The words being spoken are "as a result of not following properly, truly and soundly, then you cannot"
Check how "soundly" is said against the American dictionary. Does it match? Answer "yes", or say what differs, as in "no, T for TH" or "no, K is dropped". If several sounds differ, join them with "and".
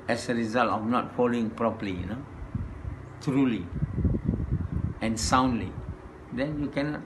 yes